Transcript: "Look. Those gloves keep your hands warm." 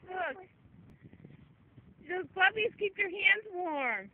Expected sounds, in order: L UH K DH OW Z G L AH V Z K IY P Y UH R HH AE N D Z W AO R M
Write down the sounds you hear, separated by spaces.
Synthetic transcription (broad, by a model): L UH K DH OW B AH B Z K IY P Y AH R HH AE N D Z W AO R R